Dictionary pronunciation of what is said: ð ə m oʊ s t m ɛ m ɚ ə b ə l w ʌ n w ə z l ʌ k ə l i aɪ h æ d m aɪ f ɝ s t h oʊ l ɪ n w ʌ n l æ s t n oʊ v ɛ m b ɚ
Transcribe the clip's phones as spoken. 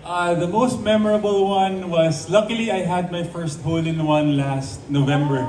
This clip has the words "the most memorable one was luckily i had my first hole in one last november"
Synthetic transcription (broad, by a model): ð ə m oʊ s t m ɛ m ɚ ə b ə l w ʌ n w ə s l ʌ k ə l i aɪ h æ d m aɪ f ɝ s t h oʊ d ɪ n w ʌ n l æ s t n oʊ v ɛ m b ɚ